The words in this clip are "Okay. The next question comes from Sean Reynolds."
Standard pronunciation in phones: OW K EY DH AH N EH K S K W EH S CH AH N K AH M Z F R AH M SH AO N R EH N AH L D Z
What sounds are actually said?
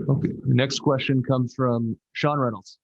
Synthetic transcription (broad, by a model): OW K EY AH N EH K S K W EH S CH AH N K AH M Z F R AH M SH AO N R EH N L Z